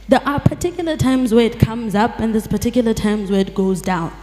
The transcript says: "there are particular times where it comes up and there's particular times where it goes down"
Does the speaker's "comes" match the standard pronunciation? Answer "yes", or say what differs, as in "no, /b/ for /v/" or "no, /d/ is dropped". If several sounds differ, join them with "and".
yes